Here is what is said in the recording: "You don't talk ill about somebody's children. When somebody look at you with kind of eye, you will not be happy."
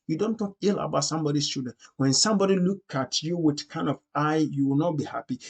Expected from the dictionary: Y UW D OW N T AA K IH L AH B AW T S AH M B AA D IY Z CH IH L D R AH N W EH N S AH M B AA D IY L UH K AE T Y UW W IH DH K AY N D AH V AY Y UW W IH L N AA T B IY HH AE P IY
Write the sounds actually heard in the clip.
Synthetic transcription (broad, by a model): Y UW D OW N T AA K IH L AH B AW T S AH M B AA D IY S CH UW D AH N W EH N S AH M B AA D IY L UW K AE T Y UW W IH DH K AY N D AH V AY Y UW W IH L N AA T B IY HH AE P IY